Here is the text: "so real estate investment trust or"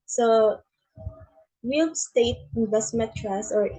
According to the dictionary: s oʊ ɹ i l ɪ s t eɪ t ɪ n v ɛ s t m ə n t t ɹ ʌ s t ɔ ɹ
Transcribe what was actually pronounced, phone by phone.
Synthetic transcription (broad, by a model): s oʊ w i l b s t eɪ t ɪ n v ɛ s t m ə n t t ɹ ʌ s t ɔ ɹ